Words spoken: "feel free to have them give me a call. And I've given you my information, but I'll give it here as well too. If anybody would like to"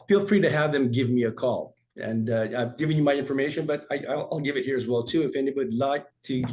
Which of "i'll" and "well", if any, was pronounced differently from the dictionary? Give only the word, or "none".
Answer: none